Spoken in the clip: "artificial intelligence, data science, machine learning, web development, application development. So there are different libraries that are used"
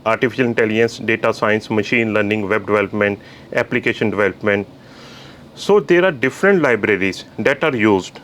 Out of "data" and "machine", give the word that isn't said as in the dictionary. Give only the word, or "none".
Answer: none